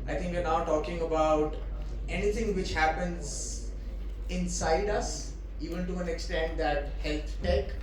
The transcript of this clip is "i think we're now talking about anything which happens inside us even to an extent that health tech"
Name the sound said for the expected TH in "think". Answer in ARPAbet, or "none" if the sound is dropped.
T